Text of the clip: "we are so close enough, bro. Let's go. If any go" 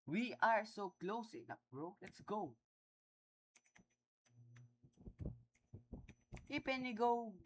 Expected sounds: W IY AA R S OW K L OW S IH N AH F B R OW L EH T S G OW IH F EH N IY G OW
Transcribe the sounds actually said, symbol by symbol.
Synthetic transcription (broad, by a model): W IY AA R S OW K L OW S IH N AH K R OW L EH T S G OW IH P EH N IY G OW